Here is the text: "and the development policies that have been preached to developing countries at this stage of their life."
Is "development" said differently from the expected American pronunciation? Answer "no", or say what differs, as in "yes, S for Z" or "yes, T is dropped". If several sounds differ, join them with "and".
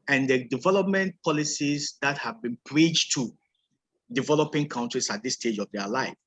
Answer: no